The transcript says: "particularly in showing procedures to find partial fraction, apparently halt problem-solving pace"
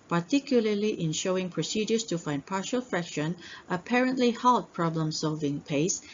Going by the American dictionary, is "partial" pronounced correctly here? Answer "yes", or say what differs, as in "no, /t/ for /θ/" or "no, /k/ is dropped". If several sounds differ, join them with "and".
yes